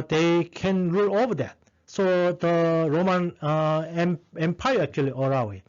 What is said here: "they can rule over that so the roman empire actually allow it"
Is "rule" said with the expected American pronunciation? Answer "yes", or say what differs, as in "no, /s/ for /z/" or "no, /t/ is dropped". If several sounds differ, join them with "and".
yes